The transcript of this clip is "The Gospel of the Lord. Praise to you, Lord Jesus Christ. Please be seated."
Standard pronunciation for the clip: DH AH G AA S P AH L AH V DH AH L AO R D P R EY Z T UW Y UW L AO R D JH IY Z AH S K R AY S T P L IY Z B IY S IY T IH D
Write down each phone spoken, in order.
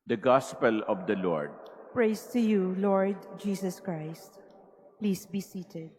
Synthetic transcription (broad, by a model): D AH G AA S P AH L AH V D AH L AO R D P R EY S T UW Y UW L AO R D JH IY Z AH S K R AY S T P L IY S B IY S IY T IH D